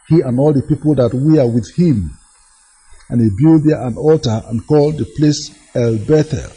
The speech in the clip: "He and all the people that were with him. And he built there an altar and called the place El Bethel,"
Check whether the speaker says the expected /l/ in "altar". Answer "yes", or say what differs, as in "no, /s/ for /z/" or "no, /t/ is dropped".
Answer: yes